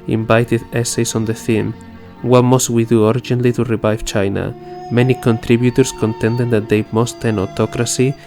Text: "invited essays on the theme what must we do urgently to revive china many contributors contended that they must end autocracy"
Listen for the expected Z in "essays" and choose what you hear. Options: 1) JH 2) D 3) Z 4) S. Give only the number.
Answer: 4